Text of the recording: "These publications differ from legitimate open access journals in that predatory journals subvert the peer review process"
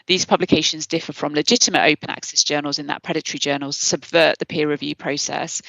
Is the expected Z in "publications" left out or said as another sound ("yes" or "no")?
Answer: no